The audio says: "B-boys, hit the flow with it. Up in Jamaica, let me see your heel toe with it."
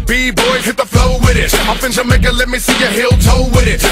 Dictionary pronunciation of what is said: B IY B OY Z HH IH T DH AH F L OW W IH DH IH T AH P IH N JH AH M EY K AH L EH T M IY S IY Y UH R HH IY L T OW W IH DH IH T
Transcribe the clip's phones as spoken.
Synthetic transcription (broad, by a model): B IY B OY HH IH T DH AH F L OW W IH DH IH T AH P IH N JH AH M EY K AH L EH T M IY S IY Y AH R HH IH L T OW W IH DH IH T